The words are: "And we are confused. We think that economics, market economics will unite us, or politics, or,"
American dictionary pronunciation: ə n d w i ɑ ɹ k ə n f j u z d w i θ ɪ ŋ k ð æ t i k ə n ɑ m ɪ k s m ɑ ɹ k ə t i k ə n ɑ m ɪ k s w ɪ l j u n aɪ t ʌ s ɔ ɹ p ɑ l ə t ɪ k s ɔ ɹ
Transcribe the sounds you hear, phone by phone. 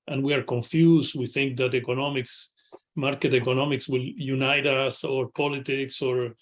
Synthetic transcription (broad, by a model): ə n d w i ɑ ɹ k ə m f j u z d w i θ ɪ ŋ k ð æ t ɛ k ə n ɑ m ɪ k s m ɑ ɹ k ə t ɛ k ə n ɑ m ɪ k s w ɪ l j u n aɪ t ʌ s ɔ ɹ p ɑ l ə t ɪ k s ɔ ɹ